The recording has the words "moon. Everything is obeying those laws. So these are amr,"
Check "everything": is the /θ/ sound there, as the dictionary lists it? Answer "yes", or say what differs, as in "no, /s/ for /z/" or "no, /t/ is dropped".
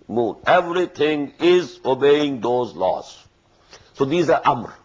no, /t/ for /θ/